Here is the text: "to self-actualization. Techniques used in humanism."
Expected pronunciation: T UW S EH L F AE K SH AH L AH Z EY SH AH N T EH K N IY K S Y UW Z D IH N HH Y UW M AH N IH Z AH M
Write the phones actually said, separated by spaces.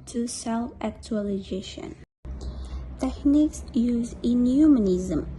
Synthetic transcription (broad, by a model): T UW S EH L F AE K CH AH L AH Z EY SH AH N T EH K N IY K S Y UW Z IH N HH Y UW M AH N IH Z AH M